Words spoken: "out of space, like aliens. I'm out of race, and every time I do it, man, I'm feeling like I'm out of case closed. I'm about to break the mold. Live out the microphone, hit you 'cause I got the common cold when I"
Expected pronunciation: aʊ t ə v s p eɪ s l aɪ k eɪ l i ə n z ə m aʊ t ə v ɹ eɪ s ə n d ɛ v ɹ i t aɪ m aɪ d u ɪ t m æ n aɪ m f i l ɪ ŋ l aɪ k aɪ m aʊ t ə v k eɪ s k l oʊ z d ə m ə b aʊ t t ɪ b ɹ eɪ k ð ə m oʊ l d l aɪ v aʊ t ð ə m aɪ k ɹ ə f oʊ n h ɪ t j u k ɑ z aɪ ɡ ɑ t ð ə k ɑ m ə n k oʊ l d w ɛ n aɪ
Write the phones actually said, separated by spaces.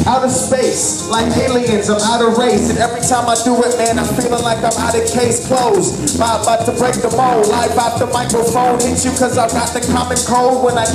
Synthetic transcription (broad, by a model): aʊ t ə v s p eɪ s l aɪ k eɪ l i ə n z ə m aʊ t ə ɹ ɹ eɪ s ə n ɛ v ɹ i t aɪ m aɪ d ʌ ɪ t m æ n aɪ m f i l ɪ ŋ l aɪ k aɪ m aʊ t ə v k eɪ s k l oʊ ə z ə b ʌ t t ɪ b ɹ eɪ k ð ə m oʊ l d l aɪ b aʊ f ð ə m aɪ k ɹ ə f oʊ n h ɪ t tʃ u k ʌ z aɪ ɡ ɑ t ð ə k ɑ m ə n k oʊ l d w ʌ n aɪ